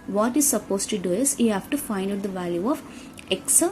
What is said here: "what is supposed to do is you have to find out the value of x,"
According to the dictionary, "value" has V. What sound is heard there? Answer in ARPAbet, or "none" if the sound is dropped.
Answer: V